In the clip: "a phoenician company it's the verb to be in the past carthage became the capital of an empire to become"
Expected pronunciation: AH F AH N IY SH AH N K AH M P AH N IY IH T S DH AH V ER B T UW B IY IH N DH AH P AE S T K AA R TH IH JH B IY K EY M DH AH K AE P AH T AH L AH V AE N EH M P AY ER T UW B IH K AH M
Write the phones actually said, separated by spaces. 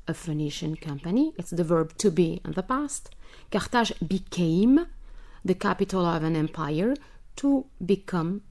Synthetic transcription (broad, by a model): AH F AH N IY SH AH N K AH M P AH N IY IH T S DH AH V ER B T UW B IY IH N DH AH P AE S T K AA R T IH ZH B IY K EY M DH AH K AE P AH T AH L AH V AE N EH M P AY ER T UW B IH K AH M